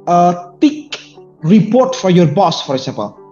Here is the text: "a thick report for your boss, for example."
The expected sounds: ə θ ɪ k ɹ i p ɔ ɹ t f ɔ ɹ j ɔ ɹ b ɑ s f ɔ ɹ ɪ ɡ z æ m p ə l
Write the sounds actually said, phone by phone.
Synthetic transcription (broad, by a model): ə t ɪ k ɹ i p ɔ ɹ t f ɔ ɹ j ɔ ɹ b ɑ s f ɔ ɹ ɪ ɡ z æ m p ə l